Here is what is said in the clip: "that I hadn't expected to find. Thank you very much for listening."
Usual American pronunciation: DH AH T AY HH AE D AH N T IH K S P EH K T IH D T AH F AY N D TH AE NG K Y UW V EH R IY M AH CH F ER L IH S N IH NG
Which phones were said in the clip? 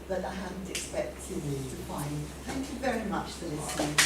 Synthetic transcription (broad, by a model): DH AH T AY HH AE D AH N T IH K S P EH K T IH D T AH F AY N D TH AE NG K Y UW V EH R IY M AH CH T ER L IH S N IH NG